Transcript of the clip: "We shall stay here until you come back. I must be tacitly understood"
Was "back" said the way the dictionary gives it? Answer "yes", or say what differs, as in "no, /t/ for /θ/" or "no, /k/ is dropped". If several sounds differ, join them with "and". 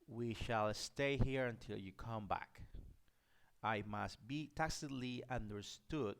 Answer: yes